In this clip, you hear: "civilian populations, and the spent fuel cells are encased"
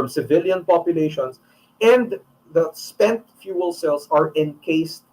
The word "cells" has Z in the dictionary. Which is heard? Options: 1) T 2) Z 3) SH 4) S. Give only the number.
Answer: 4